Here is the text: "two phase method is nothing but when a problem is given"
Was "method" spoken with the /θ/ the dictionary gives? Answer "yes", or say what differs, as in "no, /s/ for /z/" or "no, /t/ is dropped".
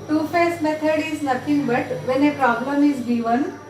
no, /t/ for /θ/